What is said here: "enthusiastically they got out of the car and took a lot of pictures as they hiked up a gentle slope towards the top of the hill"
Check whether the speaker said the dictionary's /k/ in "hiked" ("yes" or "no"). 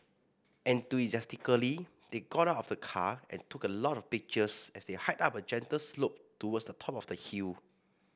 no